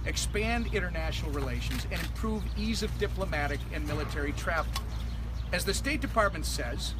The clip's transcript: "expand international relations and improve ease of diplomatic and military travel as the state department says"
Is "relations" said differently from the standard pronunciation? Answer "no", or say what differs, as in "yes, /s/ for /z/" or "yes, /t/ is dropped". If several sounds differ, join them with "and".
no